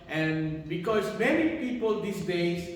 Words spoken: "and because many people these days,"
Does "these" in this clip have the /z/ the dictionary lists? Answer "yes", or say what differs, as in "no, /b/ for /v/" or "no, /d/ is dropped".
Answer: no, /s/ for /z/